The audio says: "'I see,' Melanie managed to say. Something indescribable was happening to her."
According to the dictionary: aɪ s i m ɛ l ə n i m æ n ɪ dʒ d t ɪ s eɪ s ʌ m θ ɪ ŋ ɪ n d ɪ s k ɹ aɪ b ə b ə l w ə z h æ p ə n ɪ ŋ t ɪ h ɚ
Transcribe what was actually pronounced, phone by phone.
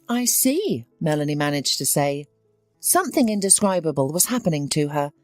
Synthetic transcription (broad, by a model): aɪ s i m ɛ l ə n i m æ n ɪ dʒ t ɪ s eɪ s ʌ m θ ɪ ŋ ɪ n d ɪ s k ɹ aɪ b ə b ə l w ə z h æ p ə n ɪ ŋ t ɪ ɚ